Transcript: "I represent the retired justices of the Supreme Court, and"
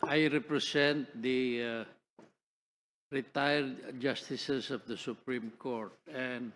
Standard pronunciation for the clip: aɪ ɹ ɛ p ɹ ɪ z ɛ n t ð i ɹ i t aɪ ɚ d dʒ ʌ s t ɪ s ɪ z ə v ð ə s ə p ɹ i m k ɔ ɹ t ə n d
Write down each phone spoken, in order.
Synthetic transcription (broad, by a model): aɪ ɹ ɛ p ɹ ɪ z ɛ n t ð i ɹ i t aɪ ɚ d dʒ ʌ s t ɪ s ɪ s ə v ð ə s ə p ɹ i m k ɔ ɹ t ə n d